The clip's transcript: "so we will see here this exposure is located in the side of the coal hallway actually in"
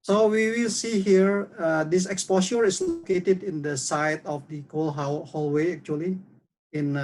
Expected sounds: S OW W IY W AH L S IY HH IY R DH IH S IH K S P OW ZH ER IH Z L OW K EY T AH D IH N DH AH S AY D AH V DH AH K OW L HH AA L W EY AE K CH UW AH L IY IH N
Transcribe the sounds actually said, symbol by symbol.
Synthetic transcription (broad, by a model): S OW W IY W AH L S IY HH IY R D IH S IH K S P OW S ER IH S L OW K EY T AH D IH N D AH S AY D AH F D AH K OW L HH AA L W EY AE K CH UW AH L IY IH N